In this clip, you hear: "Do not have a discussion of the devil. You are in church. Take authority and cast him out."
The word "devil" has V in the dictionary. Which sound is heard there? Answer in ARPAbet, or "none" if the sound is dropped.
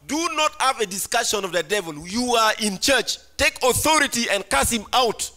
V